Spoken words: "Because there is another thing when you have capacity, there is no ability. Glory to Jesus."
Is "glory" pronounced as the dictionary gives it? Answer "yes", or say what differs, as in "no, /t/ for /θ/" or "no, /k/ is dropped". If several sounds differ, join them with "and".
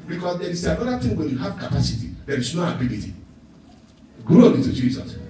no, /l/ is dropped and /ɹ/ is dropped